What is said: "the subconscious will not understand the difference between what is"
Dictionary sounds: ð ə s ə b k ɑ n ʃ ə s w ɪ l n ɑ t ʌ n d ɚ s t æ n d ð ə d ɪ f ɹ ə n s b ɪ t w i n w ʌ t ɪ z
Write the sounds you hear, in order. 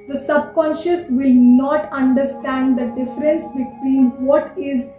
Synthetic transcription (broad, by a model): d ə s ə b k ɑ n ʃ ə s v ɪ l n ɑ t ʌ n d ɚ s t æ n d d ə d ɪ f ɹ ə n s b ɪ t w i n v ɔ t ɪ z